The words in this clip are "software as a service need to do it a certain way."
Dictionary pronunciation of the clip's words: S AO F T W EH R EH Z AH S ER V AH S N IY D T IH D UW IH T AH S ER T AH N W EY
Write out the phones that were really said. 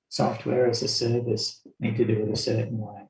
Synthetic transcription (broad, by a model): S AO F T W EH R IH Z AH S ER V AH S N IY D T IH D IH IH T AH S ER T N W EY